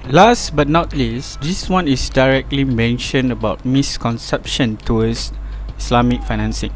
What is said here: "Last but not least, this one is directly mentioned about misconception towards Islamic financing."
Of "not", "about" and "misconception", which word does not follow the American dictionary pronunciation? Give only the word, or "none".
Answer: none